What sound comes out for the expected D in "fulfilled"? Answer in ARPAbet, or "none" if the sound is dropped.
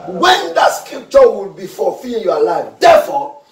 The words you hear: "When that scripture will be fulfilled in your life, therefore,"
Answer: none